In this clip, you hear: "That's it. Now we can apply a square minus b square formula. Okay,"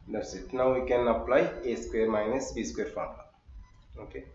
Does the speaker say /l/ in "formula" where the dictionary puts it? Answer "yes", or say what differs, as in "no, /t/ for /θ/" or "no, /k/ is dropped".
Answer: no, /n/ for /l/